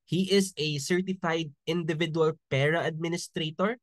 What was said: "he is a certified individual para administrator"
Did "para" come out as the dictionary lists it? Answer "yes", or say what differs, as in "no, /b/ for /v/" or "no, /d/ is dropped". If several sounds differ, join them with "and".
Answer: yes